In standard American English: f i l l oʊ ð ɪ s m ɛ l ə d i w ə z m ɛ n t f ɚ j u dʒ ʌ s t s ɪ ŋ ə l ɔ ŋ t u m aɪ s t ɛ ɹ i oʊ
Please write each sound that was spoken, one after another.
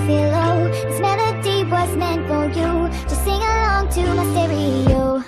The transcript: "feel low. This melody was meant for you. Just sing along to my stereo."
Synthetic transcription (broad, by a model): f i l l oʊ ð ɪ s m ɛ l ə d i w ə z m ɛ n t f ɚ j u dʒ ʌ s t s ɪ ŋ ə l ɔ ŋ t u m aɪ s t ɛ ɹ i oʊ